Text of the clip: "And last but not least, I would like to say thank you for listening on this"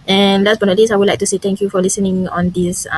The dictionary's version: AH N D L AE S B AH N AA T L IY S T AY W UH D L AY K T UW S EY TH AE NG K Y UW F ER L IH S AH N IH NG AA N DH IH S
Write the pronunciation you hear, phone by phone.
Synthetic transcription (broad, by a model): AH N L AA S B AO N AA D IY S AY W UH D L AY K T UW S EY T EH NG K Y UW F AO L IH S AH N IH NG AA N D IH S